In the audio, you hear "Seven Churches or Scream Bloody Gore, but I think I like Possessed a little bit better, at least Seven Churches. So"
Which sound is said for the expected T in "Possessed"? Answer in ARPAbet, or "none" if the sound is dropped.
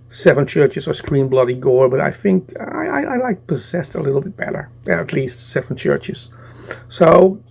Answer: T